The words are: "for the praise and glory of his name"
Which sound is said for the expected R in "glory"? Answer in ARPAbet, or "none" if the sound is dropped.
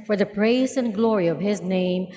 R